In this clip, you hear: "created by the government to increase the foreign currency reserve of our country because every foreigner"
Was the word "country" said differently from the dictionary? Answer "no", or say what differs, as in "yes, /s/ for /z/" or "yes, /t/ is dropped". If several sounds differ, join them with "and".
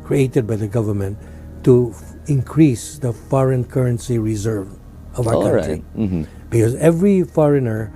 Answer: yes, /n/ is dropped and /ɹ/ is dropped